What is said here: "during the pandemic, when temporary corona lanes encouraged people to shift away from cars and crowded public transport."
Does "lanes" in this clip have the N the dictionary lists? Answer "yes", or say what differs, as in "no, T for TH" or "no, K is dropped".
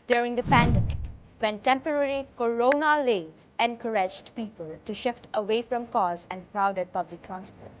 no, N is dropped